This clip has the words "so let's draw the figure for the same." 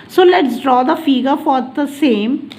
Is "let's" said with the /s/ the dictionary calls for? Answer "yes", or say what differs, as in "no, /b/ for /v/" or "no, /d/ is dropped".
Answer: yes